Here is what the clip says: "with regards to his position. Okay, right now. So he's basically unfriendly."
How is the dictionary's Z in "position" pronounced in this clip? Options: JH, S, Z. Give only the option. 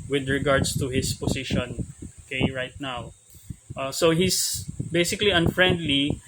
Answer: S